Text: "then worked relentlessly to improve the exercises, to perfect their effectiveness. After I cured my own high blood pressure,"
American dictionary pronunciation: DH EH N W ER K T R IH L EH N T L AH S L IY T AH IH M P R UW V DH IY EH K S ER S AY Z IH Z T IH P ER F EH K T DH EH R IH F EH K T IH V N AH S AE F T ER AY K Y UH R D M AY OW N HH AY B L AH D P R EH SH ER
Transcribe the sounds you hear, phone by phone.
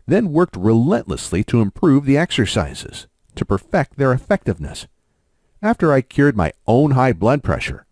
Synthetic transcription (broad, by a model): DH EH N W ER K T R IH L EH N T L AH S L IY T AH IH M P R UW V DH IY EH K S ER S AY Z IH Z T IH P ER F EH K T DH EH R IH F EH K T IH V N AH S AE F T ER AY K Y UH R D M AY OW N HH AY B L AH D P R EH SH ER